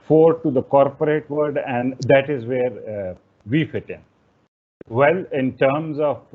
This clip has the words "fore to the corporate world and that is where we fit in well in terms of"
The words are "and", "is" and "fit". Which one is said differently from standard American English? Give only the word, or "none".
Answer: none